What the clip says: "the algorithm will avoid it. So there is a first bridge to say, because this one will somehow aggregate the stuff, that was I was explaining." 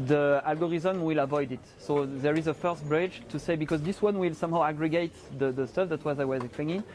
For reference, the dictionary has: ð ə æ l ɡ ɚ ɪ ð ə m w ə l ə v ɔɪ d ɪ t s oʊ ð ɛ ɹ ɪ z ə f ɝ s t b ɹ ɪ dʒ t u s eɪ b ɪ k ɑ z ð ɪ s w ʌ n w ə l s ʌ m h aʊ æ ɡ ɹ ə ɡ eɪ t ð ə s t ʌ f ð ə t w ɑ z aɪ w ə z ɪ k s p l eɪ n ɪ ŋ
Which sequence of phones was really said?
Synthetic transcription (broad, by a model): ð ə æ l ɡ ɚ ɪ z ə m w ə l ə v ɔɪ d ɪ t s oʊ ð ɛ ɹ ɪ z ə f ɝ s t b ɹ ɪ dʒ t u s eɪ b ɪ k ɑ z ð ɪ s w ʌ n w ə l s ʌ m h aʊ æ ɡ ɹ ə ɡ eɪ t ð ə s t ʌ f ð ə t w ɑ z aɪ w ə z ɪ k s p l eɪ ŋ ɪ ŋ